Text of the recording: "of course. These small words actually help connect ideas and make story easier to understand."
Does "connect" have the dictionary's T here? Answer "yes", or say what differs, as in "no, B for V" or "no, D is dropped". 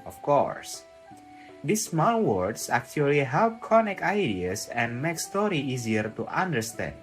no, T is dropped